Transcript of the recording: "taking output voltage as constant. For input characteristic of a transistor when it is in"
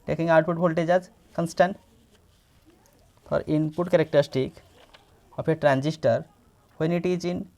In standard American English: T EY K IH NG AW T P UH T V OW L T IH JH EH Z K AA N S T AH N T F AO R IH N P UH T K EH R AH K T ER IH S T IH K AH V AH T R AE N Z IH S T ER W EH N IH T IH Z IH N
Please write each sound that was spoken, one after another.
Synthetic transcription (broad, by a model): T EY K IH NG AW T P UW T P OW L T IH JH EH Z K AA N S T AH N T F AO R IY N P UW T K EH R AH K T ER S T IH K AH P AH T R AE N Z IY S T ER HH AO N IH T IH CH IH N